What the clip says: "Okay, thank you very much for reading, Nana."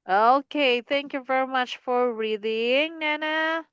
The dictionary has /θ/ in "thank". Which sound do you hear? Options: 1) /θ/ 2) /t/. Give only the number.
1